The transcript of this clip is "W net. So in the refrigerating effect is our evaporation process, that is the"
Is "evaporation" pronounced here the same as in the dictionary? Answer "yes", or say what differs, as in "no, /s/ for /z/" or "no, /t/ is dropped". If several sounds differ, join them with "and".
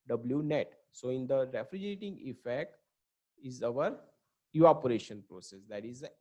no, /v/ is dropped